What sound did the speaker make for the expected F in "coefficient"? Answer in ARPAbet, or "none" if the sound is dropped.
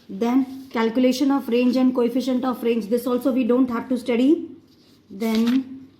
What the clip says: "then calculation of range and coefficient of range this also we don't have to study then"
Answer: F